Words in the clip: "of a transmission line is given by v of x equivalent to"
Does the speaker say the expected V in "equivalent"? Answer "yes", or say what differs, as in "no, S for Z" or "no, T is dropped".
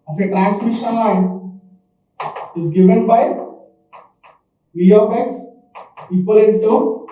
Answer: no, P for V